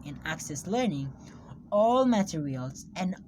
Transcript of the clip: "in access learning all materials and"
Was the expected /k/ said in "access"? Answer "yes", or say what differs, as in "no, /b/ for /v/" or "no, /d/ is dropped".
yes